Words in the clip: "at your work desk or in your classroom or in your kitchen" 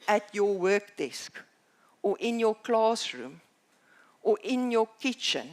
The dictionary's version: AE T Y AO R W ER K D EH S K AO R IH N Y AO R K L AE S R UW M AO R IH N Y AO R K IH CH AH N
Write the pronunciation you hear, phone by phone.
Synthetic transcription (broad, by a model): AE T Y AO W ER K D EH S K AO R IH N Y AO K L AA S R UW M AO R IH N Y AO K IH CH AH N